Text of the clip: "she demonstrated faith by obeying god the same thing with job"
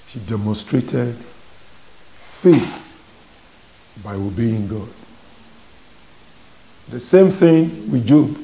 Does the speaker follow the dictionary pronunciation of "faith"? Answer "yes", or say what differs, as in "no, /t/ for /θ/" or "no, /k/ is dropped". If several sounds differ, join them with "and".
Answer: no, /t/ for /θ/